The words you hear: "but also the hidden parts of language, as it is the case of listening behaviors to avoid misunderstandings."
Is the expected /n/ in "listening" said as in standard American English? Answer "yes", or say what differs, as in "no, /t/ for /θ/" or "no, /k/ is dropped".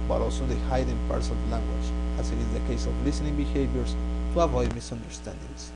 yes